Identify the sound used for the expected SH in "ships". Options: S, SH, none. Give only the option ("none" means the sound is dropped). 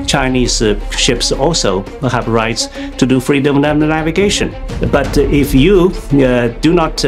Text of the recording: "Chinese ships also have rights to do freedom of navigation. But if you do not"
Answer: SH